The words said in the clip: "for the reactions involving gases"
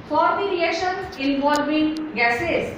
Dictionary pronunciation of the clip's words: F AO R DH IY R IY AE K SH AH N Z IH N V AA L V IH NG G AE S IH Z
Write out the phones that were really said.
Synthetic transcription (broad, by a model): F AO R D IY R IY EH SH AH N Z IH N V AA L V IH NG G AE S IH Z